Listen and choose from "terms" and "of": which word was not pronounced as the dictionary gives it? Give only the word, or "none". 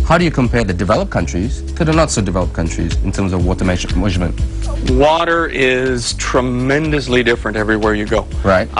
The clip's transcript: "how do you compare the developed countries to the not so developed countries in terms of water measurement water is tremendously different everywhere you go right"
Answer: none